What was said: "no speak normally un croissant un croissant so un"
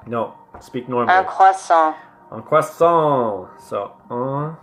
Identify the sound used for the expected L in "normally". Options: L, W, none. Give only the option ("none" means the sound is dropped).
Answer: none